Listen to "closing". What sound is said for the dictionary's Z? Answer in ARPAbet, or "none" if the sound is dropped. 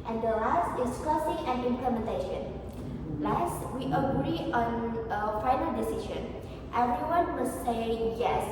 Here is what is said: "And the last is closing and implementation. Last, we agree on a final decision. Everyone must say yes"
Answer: S